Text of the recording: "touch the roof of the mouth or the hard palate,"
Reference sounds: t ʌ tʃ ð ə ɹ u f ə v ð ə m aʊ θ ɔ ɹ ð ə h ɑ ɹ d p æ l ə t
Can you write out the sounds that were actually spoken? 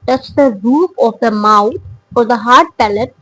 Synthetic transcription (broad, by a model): t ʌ tʃ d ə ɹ u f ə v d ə m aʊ f ɔ ɹ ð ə h ɑ ɹ d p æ l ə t